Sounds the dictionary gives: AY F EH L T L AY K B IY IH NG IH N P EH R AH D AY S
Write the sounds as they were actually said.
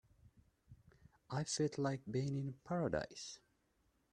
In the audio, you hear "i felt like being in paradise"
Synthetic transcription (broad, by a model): AY F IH T L AY K B IY IH NG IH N P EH R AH D AY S